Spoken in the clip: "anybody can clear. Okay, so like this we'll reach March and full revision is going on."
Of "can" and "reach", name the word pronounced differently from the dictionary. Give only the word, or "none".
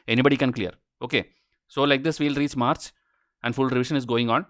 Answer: reach